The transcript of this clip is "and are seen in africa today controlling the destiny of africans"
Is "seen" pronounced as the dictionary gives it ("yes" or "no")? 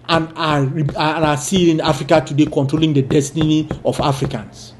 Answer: no